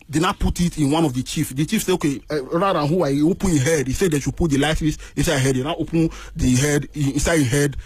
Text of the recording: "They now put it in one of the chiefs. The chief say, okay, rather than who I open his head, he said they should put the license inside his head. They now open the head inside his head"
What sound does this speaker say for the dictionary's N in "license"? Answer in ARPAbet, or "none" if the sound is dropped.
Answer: none